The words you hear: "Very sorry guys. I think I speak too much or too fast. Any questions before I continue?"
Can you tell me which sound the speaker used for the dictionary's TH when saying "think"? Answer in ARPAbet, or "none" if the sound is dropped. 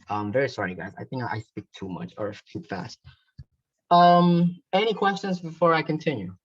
TH